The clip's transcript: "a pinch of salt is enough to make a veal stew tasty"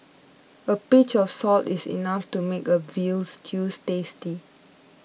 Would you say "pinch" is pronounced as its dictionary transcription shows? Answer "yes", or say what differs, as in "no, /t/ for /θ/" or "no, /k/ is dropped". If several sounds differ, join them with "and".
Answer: no, /n/ is dropped